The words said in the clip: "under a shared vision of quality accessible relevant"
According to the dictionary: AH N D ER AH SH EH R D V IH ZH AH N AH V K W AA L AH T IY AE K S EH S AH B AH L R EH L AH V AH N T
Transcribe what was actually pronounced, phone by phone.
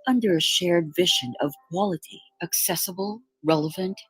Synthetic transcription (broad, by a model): AH N D ER AH SH EH R D V IH ZH AH N AH V K W AA L AH T IY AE K S EH S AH B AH L R EH L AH V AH N T